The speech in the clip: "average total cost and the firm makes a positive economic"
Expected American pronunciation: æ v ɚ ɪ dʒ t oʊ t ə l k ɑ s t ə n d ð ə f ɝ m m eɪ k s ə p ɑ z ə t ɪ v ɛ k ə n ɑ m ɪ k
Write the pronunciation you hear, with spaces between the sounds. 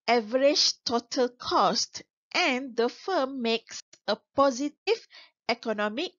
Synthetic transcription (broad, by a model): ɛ v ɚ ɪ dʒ t oʊ t ə l k ɑ s t ə n d ə f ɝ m m eɪ k s ə p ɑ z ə t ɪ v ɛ k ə n ɑ m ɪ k